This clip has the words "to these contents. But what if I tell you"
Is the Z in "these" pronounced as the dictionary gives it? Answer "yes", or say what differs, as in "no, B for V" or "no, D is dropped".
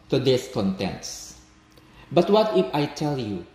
no, S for Z